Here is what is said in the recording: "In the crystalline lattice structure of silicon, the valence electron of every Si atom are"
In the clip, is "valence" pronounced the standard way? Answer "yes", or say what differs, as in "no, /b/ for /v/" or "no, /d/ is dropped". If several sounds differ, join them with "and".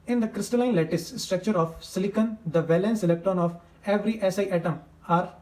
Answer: yes